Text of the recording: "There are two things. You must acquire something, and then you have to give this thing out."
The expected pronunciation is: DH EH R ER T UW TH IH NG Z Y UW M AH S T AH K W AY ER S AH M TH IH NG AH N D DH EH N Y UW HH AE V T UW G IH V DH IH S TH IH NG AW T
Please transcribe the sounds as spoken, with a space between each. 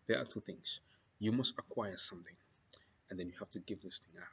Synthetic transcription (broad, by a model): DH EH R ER T UW TH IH NG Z Y UW M AH S T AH K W AY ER S AH M TH IH NG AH N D DH EH N Y UW HH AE F T UW G IH V DH IH S TH IH NG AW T